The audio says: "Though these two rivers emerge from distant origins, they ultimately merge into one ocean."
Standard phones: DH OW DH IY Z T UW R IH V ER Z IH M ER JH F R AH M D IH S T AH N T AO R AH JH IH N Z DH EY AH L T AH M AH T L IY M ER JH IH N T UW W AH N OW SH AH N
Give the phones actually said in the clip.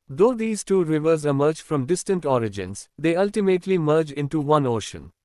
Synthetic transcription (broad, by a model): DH OW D IY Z T UW R IH V ER Z IH M ER JH F R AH M D IH S T AH N T AO R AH JH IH N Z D EY AH L T AH M AH T L IY M ER JH IH N T UW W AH N OW SH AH N